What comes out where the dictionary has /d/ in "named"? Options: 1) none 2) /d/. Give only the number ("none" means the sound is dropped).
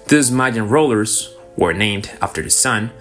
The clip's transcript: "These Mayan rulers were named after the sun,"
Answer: 2